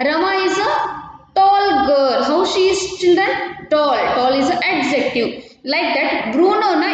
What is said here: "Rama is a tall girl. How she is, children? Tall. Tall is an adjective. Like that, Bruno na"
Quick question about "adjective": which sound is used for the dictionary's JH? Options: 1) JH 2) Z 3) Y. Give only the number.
2